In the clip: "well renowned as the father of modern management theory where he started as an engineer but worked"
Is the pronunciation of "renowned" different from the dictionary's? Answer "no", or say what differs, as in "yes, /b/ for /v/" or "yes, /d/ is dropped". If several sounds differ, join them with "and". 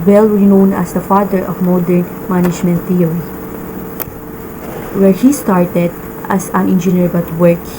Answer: yes, /d/ is dropped